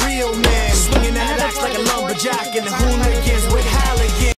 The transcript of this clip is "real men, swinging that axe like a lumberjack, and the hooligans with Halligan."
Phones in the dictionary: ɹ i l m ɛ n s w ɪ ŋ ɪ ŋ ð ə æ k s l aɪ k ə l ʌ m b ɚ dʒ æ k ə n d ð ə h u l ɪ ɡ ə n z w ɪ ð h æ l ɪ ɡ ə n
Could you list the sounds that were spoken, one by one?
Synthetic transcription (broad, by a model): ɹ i l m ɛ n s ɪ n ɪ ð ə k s l aɪ k ə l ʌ b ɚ dʒ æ k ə n ð ə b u n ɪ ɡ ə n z w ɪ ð h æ l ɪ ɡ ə